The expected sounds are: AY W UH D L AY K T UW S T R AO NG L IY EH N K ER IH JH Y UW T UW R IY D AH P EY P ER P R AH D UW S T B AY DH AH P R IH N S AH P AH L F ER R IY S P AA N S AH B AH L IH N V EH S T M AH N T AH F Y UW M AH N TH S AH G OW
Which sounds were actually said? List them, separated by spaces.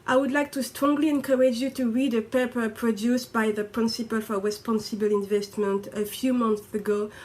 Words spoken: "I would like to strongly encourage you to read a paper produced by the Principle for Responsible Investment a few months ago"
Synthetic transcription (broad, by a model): AY W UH D L AY K T UW S T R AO NG L IY EH N K ER IH JH Y UW T UW R IY D AH P EY P ER P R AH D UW S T B AY DH AH P R IH N S AH P AH L F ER R IY S P AA N S AH B AH L IH N V EH S T M AH N T AH F Y UW M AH N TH S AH G OW